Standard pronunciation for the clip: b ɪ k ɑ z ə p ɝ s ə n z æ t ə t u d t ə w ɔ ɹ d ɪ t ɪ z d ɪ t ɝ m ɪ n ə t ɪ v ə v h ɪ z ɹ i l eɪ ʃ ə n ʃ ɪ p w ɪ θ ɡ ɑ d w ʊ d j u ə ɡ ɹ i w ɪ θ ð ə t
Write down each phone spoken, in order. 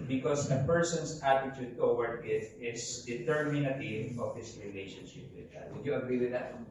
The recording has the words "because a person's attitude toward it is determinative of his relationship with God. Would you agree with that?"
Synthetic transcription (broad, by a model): b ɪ k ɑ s ə p ɝ s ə n s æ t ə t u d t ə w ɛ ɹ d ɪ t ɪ s d ɪ t ɝ m ɪ n ə t ɪ v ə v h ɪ s ɹ i l eɪ ʃ ə n ʃ ɪ p w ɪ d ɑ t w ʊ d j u ə ɡ ɹ i w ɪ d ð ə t